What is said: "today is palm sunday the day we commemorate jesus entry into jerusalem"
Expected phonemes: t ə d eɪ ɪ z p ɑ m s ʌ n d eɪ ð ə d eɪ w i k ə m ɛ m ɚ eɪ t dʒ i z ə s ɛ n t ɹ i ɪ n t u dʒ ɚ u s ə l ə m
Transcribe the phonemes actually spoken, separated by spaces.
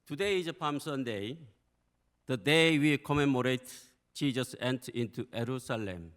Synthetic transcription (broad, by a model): t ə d eɪ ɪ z p ɑ m s ʌ n d eɪ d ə d eɪ w i k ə m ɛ m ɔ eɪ t tʃ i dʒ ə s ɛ n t i n t u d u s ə l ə m